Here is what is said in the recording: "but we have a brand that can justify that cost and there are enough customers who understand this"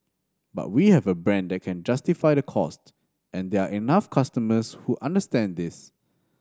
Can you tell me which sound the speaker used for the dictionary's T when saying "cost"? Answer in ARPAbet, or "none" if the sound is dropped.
T